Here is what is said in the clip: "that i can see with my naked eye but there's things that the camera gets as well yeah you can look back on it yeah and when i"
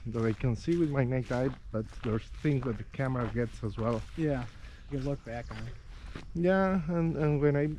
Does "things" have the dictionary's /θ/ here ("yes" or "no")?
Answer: yes